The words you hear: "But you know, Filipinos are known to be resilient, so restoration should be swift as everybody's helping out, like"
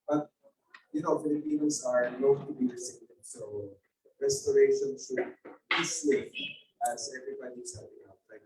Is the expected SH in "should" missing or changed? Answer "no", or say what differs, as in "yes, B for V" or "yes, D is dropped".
yes, S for SH